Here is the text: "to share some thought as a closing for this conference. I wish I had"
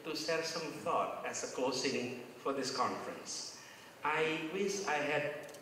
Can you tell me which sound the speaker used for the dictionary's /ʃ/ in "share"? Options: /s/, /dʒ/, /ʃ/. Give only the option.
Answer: /s/